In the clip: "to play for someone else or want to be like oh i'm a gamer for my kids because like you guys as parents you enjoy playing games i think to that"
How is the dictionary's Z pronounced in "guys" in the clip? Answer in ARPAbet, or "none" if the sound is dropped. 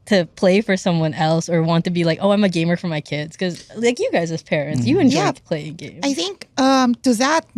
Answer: Z